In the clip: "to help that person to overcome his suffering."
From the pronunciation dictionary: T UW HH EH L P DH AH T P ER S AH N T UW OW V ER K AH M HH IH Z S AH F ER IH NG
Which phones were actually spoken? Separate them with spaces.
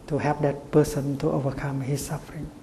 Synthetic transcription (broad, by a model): T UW HH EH P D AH T P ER S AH N T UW OW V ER K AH M HH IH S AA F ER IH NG